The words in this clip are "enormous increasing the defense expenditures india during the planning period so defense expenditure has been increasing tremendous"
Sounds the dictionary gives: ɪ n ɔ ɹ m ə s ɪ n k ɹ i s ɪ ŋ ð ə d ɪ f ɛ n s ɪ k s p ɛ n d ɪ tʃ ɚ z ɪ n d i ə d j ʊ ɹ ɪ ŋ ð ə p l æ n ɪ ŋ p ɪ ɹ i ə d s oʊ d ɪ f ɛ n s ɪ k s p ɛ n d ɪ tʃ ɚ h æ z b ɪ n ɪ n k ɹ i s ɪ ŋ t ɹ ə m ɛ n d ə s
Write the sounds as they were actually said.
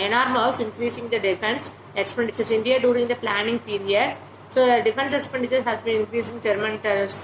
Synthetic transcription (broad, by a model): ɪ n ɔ ɹ m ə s ɪ n k ɹ i s ɪ ŋ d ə d ɪ f ɛ n s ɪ k s p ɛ n d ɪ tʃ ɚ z ɪ n d i ə d j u ɹ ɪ ŋ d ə p l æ n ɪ ŋ p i ɹ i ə d s oʊ d ɪ f ɛ n s ɪ k s p ɛ n d ɪ tʃ ɚ h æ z b ɪ n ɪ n k ɹ i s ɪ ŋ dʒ ɹ m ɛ n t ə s